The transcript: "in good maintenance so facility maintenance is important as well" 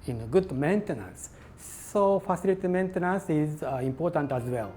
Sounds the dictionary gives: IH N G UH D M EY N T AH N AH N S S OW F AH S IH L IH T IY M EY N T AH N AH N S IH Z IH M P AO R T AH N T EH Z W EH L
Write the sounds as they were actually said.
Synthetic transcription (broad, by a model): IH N G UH D M EY N T AH N AH N S S OW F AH S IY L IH T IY M EY N T AH N AH N S IH Z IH M P AO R T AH N T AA Z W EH L